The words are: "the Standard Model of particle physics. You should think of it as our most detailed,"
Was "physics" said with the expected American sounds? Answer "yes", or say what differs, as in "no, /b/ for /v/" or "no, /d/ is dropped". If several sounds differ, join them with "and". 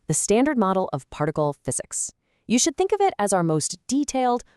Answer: yes